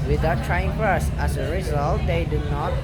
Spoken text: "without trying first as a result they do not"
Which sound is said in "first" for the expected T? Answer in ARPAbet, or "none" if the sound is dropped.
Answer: none